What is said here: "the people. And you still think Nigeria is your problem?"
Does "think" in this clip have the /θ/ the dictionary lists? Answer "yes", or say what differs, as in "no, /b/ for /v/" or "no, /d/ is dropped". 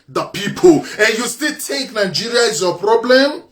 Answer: no, /t/ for /θ/